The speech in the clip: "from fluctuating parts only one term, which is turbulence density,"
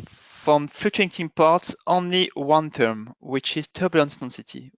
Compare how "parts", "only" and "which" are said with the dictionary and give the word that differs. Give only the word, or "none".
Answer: none